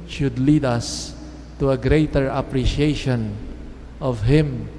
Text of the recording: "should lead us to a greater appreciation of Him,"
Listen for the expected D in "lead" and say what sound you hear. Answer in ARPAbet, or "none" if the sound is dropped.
D